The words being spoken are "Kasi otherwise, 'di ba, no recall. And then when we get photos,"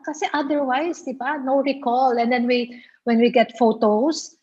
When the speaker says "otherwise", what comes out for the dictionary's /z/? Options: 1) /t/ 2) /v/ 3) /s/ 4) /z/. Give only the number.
3